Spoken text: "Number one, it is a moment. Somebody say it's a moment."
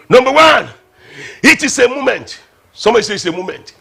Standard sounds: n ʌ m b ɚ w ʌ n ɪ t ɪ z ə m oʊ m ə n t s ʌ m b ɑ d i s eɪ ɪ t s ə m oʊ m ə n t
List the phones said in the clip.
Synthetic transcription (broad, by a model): n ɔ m b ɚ w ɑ n ɪ t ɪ s ə m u m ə n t s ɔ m ɑ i s eɪ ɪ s ə m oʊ m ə n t